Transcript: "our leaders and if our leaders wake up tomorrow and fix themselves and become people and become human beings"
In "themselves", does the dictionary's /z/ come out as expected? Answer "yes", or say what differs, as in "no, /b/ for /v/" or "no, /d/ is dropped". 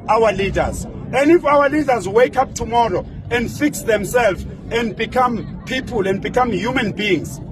no, /z/ is dropped